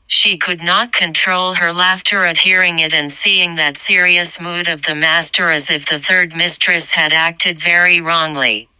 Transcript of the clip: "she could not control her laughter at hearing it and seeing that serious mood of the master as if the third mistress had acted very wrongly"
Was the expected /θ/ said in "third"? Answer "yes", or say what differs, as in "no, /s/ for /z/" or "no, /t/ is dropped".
yes